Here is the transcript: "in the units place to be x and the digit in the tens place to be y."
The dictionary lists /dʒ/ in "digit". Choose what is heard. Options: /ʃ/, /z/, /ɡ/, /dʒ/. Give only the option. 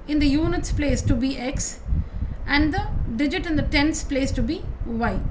/dʒ/